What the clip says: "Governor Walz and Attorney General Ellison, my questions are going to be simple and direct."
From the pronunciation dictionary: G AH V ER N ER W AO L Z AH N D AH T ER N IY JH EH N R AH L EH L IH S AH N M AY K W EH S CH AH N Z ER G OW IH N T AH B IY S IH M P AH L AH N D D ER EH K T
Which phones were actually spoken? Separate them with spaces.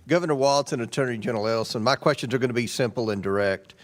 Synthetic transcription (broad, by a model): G AH V ER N ER W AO L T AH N AH T ER N IY JH EH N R L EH L S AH N M AY K W EH S CH AH N Z ER G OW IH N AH B IY S IH M P L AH N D D ER EH K T